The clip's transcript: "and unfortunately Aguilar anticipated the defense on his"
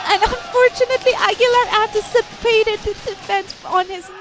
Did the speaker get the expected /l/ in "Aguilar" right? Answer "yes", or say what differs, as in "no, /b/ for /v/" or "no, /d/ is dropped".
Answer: yes